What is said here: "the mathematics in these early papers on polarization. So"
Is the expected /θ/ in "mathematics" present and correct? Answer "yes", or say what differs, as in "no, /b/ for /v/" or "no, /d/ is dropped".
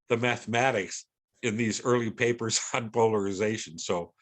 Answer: yes